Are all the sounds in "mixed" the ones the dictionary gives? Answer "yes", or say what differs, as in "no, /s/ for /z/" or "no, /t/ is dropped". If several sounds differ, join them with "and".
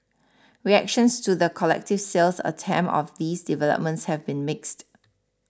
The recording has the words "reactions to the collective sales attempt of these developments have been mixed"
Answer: yes